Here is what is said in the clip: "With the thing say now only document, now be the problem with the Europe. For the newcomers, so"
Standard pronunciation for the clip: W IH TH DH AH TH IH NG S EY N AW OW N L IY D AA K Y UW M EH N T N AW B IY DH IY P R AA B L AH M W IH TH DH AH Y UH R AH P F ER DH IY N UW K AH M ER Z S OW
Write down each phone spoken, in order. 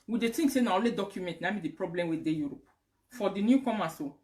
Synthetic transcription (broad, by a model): W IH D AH T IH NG S EY N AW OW L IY D AA K Y UW M EH N T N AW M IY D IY P R AA B L AH M W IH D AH Y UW R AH P F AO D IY N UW K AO M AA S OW